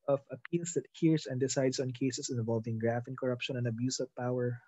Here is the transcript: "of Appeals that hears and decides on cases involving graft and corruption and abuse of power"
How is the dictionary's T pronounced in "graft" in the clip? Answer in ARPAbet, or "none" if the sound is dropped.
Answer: none